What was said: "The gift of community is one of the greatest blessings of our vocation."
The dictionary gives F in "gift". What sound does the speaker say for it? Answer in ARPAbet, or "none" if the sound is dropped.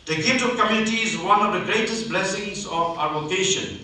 none